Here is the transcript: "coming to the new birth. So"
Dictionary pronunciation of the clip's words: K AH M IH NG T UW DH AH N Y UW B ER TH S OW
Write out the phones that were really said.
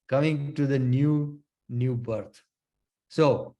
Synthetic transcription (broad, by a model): K AH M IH NG T UW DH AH N Y UW B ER T S OW